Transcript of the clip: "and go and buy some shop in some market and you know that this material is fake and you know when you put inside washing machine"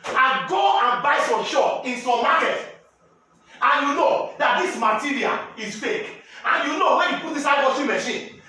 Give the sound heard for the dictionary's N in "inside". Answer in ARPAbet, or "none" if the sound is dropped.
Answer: none